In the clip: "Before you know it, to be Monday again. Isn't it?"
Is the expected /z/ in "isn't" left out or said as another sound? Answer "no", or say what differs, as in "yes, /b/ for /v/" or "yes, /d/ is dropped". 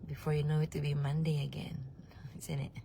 yes, /s/ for /z/